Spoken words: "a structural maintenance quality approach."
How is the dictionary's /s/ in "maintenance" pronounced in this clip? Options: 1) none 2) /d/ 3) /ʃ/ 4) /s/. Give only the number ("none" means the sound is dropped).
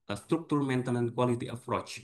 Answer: 1